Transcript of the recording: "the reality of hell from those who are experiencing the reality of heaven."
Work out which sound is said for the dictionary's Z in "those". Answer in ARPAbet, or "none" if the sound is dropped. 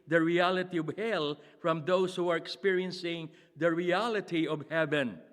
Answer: S